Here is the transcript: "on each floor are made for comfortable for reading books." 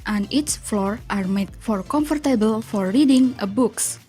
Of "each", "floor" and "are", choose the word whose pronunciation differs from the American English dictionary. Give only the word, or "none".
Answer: each